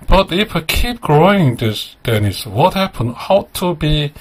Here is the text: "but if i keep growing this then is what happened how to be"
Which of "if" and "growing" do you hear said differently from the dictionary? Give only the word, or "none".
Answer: none